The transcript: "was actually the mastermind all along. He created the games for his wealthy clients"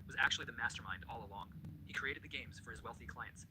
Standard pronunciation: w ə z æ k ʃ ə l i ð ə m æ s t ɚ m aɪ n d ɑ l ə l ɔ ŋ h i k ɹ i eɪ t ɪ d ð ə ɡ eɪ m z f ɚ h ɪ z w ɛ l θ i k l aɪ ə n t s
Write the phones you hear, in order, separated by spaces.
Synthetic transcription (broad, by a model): w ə z æ k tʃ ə l i ð ə m æ s t ɚ m aɪ n d ɑ l ə l ɔ ŋ h i k ɹ i eɪ t ɪ d ð ə ɡ eɪ m z f ɚ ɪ z w ɛ l θ i k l aɪ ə n t s